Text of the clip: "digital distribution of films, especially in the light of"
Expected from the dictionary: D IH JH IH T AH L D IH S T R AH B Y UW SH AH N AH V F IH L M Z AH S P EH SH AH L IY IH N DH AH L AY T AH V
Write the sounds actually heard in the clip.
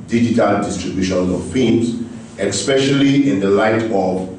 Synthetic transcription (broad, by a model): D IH JH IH T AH L D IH S T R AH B Y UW SH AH N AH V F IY M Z AH S P EH SH AH L IY IH N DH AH L AY T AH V